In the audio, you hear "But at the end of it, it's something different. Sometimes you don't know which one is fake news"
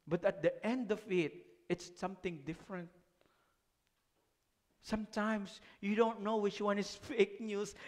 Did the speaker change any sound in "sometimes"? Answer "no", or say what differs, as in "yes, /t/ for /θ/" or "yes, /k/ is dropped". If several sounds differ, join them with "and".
yes, /s/ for /z/